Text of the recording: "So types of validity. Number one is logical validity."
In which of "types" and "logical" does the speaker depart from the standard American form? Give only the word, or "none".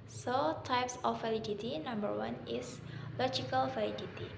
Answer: none